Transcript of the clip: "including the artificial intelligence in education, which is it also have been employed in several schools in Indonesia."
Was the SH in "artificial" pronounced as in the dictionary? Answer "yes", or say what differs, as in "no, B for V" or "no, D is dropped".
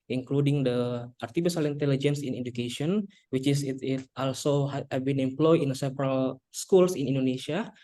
no, S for SH